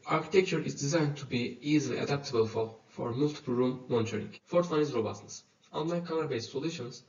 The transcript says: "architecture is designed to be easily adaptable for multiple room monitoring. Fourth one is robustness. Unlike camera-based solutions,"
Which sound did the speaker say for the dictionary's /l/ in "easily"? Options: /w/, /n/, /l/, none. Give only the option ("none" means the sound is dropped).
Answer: /l/